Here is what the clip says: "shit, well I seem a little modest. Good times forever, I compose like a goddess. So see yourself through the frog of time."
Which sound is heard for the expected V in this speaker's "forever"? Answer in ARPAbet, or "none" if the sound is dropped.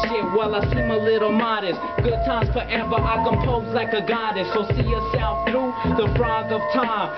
B